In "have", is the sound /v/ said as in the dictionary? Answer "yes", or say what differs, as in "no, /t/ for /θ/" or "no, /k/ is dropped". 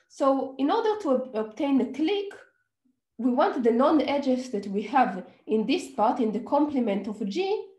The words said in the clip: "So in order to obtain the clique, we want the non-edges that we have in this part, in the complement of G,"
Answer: yes